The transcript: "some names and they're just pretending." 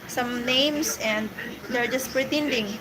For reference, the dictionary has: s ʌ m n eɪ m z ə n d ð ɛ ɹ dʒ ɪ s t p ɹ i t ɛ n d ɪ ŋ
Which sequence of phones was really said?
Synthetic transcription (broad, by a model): s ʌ m n eɪ m s ə n d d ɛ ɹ dʒ ɪ s t p ɹ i t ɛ n d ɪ ŋ